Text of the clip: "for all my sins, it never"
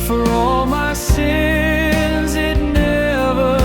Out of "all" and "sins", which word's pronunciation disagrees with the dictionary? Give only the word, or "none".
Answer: none